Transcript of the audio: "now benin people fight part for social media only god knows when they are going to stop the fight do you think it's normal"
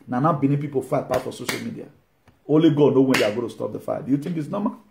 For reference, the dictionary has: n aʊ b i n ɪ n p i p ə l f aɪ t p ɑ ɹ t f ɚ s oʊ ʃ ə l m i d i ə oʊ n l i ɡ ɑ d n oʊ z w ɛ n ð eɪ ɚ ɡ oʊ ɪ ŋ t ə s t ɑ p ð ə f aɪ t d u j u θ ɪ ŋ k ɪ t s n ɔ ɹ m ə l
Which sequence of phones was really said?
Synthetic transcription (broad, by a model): n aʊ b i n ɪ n p i p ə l f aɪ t p ɑ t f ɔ s oʊ ʃ ə l m i d i ə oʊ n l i ɡ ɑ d n oʊ w ɛ n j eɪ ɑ ɡ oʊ t ə s t ɑ p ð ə f aɪ d u j u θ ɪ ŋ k ɪ t s n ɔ m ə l